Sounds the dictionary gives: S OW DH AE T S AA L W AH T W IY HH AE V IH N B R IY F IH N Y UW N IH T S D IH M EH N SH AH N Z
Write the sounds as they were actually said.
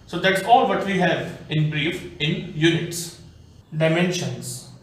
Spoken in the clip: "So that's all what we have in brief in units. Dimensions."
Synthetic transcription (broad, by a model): S OW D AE T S AA L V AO T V IY HH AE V IH N B R IY F IH N Y UW N IH T S D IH M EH N SH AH N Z